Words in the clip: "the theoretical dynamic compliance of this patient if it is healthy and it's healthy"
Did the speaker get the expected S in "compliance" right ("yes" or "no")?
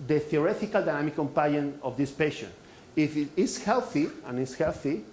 no